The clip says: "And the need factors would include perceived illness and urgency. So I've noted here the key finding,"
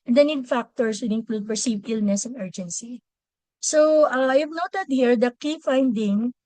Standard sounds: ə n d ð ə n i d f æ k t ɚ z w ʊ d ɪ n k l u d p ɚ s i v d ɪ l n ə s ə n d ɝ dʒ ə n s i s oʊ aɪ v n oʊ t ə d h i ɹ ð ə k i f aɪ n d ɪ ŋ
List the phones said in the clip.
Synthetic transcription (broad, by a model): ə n d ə n i d f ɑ k t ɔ s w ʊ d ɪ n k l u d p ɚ s i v ɪ l n ə s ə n ɝ dʒ ə n s i s oʊ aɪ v n oʊ t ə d h i ɹ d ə k i f aɪ n d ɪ ŋ